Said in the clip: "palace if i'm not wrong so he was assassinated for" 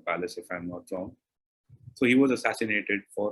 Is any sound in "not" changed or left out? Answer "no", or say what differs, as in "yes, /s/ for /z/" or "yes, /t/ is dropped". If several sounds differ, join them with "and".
yes, /l/ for /n/